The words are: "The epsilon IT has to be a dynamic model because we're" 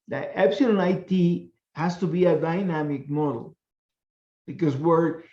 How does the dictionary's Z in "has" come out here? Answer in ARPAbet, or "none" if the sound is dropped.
S